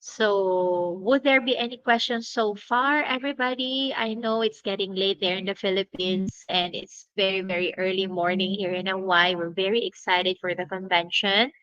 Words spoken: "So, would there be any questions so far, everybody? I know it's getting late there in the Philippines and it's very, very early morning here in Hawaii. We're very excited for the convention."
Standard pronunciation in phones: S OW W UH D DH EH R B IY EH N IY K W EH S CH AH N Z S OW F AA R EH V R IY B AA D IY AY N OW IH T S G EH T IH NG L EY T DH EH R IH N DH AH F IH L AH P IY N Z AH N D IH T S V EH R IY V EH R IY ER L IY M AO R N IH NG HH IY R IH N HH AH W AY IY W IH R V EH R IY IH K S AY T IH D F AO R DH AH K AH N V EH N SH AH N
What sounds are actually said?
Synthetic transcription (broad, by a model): S OW W UH D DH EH R B IY EH N IY K W EH S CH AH N S OW F AA R EH V R IY B AA D IY AY N OW IH T S G EH T IH NG L EY T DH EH R IH N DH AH F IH L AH P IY N S AH N D IH T S V EH R IY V EH R IY ER L IY M AO R N IH NG HH IY R IH N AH W AY W IH R V EH R IY IH K S AY T IH D F AO R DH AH K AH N V EH N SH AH N